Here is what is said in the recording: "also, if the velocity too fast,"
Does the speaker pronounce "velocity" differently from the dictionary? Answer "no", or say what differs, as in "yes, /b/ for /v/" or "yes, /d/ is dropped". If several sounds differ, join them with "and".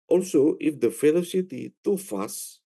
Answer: yes, /f/ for /v/